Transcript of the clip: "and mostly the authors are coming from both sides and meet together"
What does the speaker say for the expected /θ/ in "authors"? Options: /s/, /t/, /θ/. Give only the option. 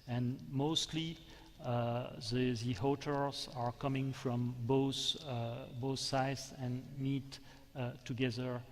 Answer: /t/